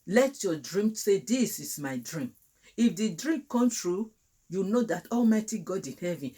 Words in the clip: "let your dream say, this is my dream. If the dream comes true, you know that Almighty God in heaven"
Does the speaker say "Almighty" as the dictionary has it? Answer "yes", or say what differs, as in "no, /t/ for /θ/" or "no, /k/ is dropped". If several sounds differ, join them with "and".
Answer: yes